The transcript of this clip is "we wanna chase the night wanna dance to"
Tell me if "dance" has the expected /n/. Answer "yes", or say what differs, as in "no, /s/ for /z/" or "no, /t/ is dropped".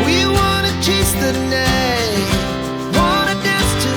no, /n/ is dropped